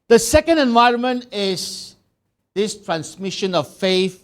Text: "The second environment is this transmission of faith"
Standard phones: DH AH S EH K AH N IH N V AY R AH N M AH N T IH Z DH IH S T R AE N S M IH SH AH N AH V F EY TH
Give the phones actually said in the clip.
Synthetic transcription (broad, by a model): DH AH S EH K AH N IH N V AY R AH N M AH N T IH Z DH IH S T R AE N S M IH SH AH N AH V F EY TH